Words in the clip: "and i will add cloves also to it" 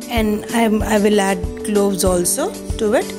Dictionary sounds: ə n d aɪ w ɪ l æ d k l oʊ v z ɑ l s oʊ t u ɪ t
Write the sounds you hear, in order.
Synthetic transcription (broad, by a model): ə n d aɪ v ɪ l æ d k l oʊ v z ɑ l s oʊ t u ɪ t